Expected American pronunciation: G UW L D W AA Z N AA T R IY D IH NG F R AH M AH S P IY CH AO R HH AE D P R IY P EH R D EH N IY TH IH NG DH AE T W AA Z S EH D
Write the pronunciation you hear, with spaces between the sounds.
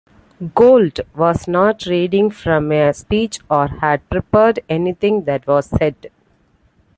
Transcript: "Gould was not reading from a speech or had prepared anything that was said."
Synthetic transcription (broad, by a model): G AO L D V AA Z N AA T R IY D IH NG F R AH M AH S P IY CH AO R HH AE D P R IY P EH R D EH N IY T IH NG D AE T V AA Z S EH D